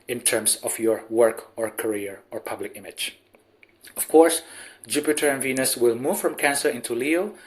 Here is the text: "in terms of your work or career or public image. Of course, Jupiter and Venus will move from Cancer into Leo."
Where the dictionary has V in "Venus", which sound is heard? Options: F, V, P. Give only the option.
V